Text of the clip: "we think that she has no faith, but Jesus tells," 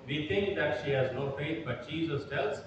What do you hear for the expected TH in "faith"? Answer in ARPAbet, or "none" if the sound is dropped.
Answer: T